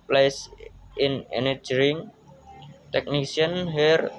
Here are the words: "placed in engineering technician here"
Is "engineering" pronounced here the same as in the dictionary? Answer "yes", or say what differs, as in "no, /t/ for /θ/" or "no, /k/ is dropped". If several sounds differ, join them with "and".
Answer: no, /dʒ/ is dropped